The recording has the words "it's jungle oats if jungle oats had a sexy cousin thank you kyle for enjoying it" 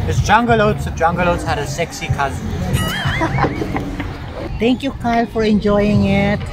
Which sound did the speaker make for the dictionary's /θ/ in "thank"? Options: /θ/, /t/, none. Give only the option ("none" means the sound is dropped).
/t/